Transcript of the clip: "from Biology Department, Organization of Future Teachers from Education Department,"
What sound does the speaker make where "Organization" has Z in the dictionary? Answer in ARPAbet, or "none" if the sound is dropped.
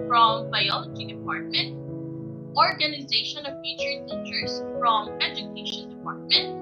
Z